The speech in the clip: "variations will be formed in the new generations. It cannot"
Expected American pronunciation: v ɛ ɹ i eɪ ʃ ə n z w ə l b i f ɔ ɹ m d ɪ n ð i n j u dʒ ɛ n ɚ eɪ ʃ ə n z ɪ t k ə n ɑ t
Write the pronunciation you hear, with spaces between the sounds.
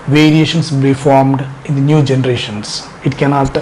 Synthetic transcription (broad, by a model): v ɛ ɹ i eɪ ʃ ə n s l b i f ɔ ɹ m d ɪ n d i n j u dʒ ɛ n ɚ eɪ ʃ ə n s ɪ t k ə n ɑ t